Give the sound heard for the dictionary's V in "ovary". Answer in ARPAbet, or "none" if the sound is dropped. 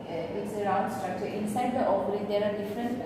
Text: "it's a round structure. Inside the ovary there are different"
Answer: P